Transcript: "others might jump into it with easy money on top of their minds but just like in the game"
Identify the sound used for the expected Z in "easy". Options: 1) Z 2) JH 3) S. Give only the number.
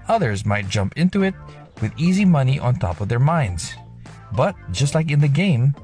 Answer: 1